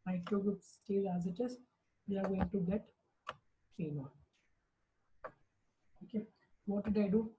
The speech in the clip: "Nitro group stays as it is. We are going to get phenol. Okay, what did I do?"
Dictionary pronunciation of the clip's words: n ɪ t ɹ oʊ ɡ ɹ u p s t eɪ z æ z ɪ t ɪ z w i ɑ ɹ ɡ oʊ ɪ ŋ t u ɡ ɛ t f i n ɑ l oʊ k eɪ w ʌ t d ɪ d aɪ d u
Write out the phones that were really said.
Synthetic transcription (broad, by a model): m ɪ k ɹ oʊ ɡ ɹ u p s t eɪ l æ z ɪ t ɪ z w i ɑ ɹ ɡ oʊ ɪ ŋ t u ɡ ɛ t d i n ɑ n oʊ k eɪ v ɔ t d ɪ d aɪ d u